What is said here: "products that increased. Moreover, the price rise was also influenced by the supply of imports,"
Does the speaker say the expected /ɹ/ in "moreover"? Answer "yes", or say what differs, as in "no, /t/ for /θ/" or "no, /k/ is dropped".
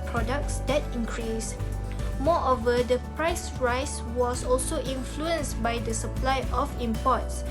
no, /ɹ/ is dropped